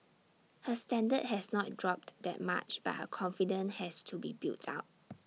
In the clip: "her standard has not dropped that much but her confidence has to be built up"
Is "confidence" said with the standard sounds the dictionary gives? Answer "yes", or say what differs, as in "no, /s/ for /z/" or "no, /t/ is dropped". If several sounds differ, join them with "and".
no, /s/ is dropped